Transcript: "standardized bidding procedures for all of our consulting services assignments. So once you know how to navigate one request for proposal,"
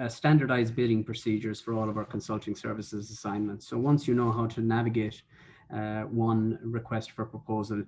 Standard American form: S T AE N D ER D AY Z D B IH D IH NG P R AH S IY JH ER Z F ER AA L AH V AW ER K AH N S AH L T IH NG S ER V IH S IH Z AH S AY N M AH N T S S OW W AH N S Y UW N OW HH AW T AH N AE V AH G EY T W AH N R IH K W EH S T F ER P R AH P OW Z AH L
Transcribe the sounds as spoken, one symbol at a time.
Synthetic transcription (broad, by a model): S T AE N D ER D AY Z B IH D IH NG P R AH S IY JH ER Z F ER AA L AH V AW ER K AH N S AH L T IH NG S ER V IH S IH Z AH S AY N M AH N T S S OW W AH N S Y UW N OW HH AW T AH N AE V AH G EY T W AH N R IH K W EH S T F ER P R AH P OW Z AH L